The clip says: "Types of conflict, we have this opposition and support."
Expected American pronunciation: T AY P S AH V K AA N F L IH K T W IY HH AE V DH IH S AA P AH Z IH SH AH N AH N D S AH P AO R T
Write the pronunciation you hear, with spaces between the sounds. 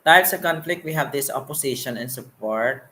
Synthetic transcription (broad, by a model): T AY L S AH K AA N F L IH K T W IY HH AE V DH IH S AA P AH S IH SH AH N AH N S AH P AO R T